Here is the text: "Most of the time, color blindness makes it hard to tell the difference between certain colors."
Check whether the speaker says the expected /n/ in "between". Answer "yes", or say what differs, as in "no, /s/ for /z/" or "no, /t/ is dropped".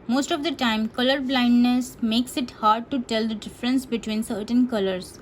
yes